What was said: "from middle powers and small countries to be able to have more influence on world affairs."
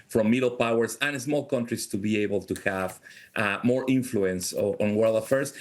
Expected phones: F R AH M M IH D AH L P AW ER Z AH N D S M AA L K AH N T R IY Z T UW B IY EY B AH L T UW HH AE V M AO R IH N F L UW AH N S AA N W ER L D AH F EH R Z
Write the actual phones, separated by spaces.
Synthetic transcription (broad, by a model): F R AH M M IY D L P AW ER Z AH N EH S M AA L K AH N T R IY S T UW B IY EY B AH L T UW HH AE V M AO R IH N F L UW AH N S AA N W ER L D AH F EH R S